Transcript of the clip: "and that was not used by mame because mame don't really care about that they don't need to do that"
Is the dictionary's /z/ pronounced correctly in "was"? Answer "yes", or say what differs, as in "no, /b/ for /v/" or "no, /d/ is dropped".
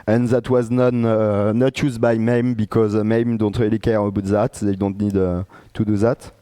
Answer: yes